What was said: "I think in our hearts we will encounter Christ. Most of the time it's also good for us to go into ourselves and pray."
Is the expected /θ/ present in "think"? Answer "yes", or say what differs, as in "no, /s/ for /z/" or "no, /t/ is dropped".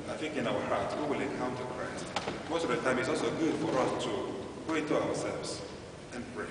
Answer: no, /f/ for /θ/